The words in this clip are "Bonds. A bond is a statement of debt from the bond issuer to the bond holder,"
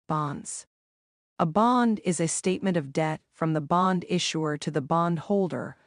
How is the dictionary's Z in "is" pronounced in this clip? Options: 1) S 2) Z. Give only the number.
2